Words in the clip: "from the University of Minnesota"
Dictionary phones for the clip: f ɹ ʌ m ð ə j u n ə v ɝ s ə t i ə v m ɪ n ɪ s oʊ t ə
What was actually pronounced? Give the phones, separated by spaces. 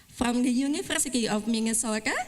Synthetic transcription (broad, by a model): f ɹ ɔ m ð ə j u n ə f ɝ s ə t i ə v m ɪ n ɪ s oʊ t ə